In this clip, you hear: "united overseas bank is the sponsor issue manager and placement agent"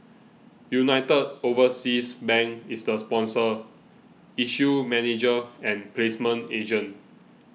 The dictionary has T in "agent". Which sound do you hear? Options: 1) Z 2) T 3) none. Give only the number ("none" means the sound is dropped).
3